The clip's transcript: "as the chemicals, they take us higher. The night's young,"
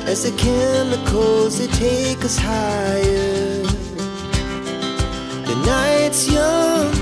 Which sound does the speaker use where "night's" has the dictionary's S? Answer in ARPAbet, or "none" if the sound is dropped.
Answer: S